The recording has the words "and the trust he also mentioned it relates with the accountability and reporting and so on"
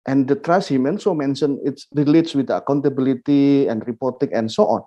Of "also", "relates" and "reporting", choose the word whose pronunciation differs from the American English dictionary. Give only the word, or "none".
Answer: also